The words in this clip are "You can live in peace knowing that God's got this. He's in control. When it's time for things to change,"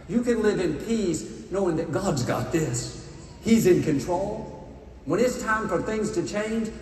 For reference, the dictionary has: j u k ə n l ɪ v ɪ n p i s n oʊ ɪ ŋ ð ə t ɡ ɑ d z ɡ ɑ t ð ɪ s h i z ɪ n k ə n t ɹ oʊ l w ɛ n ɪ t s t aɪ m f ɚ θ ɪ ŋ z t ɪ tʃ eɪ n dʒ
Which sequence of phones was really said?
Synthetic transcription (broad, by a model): j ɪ k ə n l ɪ v ɪ n p i s n oʊ ɪ ŋ ð ə t ɡ ɑ d z ɡ ɑ t ð ɪ s h i z ɪ n k ə n t ɹ oʊ l w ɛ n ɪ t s t aɪ m f ɚ θ ɪ ŋ z t ɪ tʃ eɪ n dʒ